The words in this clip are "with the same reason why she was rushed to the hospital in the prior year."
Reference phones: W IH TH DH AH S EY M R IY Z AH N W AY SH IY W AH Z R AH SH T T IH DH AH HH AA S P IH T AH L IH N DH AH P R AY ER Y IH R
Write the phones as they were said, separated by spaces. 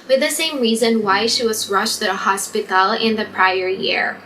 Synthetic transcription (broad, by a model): W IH DH AH S EY M R IY Z AH N W AY SH IY W AH Z R AH SH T T IH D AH HH AA S P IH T L IH N DH AH P R AY ER Y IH R